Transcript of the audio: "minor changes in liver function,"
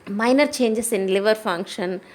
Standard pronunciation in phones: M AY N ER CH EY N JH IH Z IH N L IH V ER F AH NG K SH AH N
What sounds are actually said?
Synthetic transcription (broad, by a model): M AY N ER CH EY N JH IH S IH N L IH V ER F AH NG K SH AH N